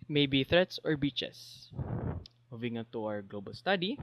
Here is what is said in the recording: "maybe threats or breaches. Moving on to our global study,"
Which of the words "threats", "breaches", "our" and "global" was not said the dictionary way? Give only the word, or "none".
breaches